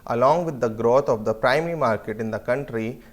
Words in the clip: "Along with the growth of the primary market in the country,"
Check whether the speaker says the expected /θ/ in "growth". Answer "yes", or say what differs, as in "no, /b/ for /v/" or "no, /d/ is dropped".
no, /t/ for /θ/